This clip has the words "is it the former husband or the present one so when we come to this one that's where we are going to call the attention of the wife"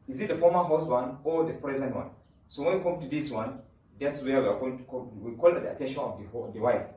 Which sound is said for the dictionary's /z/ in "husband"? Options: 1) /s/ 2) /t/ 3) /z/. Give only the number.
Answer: 1